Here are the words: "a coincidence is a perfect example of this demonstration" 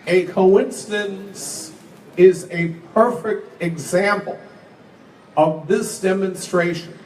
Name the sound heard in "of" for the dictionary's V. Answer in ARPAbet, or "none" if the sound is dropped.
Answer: V